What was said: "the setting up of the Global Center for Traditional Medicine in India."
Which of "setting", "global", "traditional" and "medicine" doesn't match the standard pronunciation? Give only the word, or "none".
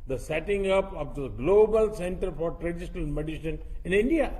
medicine